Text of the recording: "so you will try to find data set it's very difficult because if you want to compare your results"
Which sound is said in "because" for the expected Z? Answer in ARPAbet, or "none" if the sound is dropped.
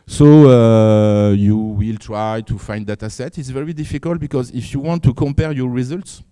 Z